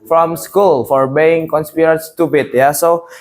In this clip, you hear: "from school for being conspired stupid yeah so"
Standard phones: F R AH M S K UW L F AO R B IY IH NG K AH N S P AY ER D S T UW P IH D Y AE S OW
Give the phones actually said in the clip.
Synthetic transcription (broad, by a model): F R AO M S K UW L F AO R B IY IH NG K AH N S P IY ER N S T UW B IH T Y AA S OW